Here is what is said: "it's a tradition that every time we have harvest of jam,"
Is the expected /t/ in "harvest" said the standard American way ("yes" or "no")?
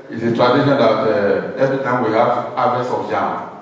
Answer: no